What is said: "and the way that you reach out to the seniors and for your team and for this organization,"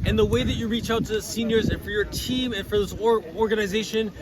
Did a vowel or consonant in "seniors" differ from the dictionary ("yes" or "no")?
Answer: no